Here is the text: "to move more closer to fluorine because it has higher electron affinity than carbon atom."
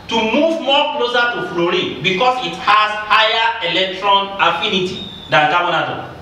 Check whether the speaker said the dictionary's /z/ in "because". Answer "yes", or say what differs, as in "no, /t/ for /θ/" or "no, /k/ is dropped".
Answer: no, /s/ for /z/